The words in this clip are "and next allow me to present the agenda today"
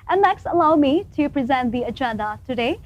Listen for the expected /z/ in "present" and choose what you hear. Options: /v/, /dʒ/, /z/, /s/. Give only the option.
/z/